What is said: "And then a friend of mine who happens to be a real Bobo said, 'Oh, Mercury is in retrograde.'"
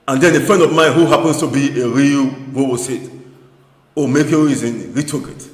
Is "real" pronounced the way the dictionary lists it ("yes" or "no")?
yes